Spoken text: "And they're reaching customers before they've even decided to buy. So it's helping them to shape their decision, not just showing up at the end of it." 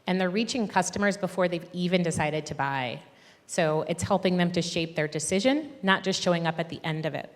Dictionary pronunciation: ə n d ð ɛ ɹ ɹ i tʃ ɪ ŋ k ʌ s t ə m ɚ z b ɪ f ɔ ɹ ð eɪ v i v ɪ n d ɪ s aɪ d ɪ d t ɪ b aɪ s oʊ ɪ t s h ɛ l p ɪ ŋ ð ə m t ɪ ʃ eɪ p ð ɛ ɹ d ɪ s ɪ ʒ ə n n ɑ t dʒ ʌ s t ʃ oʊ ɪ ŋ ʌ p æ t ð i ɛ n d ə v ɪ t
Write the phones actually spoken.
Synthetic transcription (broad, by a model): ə n ð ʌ ɹ ɹ i tʃ ɪ ŋ k ʌ s t ə m ɚ z b ɪ f ɔ ɹ ð eɪ v i v ɪ n d ɪ s aɪ d ɪ d t ɪ b aɪ s oʊ ɪ t s h ɛ l p ɪ ŋ ð ə m t ɪ ʃ eɪ p ð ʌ ɹ d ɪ s ɪ ʒ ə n n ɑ t dʒ ʌ s t ʃ oʊ ɪ ŋ ʌ p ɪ t ð i ɛ n d ə v ɪ t